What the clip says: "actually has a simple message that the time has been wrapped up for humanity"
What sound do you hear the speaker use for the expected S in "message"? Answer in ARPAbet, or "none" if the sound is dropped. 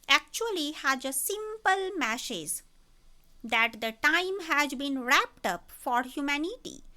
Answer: SH